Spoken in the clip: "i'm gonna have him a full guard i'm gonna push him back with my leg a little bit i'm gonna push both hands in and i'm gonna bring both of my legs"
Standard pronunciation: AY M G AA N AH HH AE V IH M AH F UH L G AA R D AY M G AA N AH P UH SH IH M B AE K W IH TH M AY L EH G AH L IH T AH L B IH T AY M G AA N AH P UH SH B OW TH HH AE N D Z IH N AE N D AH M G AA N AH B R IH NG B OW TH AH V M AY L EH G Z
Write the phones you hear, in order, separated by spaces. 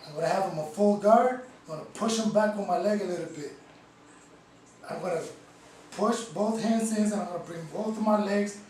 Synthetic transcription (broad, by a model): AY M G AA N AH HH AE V IH M AH F UH L G AA R D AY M G AA N AH P UH SH IH M B AE K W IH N M AY L EH G AH L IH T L B IH T AY M G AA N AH P UH SH B OW TH HH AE N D S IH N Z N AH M G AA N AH B R IH NG B OW TH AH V M AY L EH G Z